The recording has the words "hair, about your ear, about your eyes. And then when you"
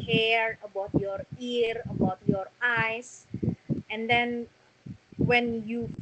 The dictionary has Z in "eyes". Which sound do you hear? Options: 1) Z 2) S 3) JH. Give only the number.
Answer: 2